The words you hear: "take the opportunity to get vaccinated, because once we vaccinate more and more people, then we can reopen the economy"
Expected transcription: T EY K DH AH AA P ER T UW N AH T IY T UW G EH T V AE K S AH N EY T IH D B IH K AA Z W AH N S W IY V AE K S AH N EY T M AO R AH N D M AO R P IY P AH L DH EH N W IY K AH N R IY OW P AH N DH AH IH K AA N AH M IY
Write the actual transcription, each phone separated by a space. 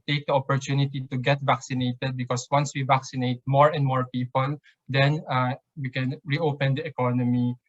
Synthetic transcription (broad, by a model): T EY K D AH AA P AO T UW N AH T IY T UW G EH T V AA K S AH N EY T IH D B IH K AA S W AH N S W IY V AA K S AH N EY T M AO R AH N D M AO R P IY P AH L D EH N W IY K AH N R IY OW P AH N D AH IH K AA N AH M IY